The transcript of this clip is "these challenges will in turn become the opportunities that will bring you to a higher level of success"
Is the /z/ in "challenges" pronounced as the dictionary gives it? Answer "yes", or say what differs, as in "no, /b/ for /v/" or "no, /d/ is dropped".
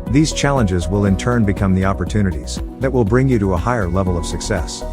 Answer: yes